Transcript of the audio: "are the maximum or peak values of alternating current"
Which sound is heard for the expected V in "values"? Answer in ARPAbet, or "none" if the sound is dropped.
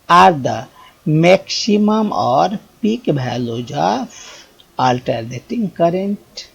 B